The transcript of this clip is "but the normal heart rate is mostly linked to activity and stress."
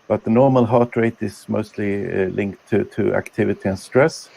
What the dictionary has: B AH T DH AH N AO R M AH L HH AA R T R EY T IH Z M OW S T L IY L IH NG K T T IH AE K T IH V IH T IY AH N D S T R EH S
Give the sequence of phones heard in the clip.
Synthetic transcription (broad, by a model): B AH T DH AH N AO R M AH L HH AA R T R EY T IH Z M OW S T L IY L IH NG K T T IH AE K T IH V IH T IY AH N S T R EH S